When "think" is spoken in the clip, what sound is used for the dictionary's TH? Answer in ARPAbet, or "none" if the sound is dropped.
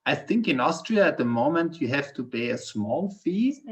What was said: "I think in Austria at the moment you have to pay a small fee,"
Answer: TH